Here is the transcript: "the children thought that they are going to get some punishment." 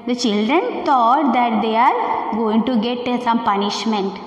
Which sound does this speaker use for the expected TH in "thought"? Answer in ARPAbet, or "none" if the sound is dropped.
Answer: T